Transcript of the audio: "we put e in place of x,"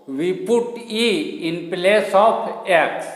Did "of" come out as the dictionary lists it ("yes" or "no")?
no